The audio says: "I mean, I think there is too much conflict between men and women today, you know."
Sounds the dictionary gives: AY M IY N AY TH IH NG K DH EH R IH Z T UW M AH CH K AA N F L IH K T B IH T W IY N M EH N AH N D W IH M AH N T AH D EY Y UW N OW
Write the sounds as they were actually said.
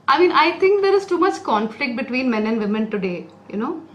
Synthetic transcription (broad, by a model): AY M IY N AY T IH NG K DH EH R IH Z T UW M AH CH K AA N F L IH K T B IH T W IY N M EH N AH N D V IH M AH N T AH D EY Y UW N OW